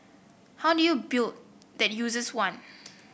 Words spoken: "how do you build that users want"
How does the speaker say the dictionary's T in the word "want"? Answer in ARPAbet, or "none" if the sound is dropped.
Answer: none